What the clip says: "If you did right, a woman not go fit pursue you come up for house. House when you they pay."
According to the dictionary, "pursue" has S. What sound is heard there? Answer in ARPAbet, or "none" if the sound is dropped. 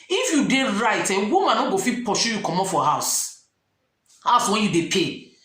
SH